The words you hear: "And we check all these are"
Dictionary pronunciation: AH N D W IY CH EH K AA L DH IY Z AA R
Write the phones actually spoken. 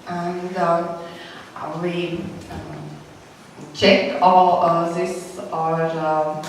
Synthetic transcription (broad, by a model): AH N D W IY CH EH K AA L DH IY S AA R